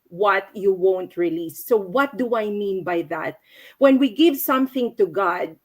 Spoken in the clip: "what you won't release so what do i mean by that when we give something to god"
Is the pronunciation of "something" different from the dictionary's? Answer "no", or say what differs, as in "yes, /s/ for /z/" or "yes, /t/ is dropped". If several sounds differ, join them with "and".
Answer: no